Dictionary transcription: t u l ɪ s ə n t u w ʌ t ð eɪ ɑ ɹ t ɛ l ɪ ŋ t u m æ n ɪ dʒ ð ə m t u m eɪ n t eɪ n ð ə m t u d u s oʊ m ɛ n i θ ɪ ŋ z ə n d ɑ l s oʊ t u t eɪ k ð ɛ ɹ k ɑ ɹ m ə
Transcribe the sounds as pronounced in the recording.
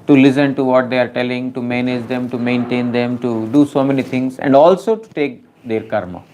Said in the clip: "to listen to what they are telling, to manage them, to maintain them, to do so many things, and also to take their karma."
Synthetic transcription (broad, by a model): t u l ɪ s ə n t u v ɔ t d eɪ ɑ ɹ t ɛ l ɪ ŋ t u m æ n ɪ dʒ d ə m t u m eɪ n t eɪ n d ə m t u d u s oʊ m ɛ n i t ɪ ŋ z ə n d ɑ l s oʊ t u t eɪ k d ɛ ɹ k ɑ ɹ m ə